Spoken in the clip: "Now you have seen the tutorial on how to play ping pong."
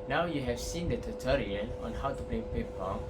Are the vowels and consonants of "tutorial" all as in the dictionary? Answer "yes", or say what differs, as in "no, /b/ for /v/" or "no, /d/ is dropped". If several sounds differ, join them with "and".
no, /n/ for /l/